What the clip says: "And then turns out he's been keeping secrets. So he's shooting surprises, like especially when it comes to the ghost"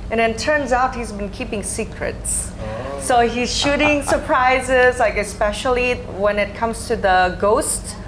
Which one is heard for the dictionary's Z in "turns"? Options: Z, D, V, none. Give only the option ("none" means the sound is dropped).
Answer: Z